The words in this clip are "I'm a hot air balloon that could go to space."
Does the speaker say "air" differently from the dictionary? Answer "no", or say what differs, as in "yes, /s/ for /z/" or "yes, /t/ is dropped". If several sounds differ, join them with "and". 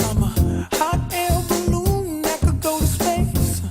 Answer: yes, /l/ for /ɹ/